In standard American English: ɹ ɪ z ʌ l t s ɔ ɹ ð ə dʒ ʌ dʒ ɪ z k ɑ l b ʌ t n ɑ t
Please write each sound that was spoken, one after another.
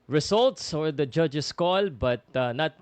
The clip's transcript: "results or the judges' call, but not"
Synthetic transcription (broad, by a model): ɹ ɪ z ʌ l t s ɔ ɹ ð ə dʒ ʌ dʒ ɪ s k ɑ l b ʌ t n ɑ t